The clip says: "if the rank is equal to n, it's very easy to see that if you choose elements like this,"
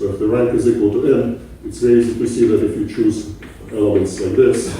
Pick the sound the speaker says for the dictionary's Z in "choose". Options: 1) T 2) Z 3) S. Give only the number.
2